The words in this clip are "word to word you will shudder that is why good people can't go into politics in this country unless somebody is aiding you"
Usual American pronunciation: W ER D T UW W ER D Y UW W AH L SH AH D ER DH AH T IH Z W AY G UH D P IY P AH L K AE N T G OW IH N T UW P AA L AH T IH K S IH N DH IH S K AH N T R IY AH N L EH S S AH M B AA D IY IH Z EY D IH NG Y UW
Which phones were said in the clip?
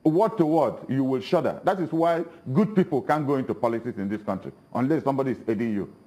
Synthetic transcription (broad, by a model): W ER T UW W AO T Y UW W AH L SH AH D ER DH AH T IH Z W AY G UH D P IY P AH L K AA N G OW IH N T UW P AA L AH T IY S IH N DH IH S K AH N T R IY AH N L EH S S AH M B AA D IY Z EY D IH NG Y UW